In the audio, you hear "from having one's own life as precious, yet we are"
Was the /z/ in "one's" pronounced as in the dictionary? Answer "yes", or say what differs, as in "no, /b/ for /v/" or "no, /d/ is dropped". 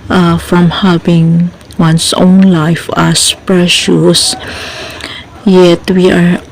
no, /s/ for /z/